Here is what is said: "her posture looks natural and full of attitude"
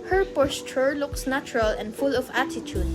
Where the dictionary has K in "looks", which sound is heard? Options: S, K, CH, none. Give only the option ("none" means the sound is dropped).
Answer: K